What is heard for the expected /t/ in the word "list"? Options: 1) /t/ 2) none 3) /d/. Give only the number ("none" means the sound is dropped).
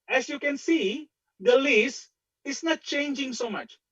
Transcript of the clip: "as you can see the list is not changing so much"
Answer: 2